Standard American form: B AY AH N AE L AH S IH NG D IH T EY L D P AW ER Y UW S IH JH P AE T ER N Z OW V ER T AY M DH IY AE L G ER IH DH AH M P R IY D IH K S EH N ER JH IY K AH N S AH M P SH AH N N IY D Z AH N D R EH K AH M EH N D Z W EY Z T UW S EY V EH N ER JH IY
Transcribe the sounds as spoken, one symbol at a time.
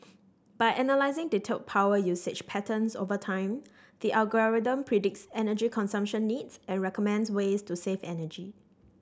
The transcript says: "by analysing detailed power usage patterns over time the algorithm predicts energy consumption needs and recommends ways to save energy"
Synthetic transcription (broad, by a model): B AY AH N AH L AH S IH NG D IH T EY P AW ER Y UW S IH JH P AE T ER N S OW V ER T AY M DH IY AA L G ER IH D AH M P R IY D IH K S EH N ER JH IY K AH N S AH M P SH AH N N IY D S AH N R EH K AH M EH N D S W EY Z T UW S EY F EH N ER JH IY